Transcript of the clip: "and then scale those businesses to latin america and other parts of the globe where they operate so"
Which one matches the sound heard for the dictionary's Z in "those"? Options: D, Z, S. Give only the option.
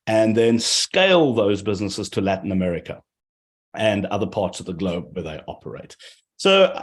Z